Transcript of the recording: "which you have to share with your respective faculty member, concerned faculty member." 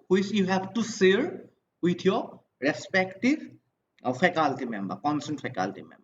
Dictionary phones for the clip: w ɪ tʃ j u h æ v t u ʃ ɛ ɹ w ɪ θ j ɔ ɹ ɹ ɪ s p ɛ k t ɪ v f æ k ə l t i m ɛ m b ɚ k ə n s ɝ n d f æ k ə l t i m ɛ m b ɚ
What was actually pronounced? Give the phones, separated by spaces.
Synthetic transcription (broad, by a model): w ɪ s j u h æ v t u s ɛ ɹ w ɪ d j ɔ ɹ ɹ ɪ s p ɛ k t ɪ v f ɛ k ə l t i m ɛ m b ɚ k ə n s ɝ n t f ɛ k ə l t i m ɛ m b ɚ